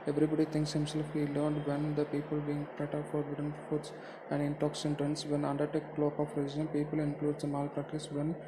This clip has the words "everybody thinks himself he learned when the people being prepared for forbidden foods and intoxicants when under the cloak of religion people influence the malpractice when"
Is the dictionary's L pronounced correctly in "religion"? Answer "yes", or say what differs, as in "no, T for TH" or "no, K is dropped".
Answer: no, L is dropped